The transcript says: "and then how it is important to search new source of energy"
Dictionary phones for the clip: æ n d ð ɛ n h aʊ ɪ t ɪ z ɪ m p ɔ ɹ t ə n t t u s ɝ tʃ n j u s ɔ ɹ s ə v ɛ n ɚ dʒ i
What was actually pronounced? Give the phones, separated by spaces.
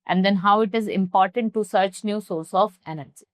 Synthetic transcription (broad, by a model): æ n d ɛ n h aʊ ɪ t ɪ z ɪ m p ɔ ɹ t ə n t t u s ɝ tʃ n j u s ɔ ɹ s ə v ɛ n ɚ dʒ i